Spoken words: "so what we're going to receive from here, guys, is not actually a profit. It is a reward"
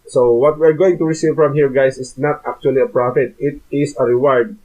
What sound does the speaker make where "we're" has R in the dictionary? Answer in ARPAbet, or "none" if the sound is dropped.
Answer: R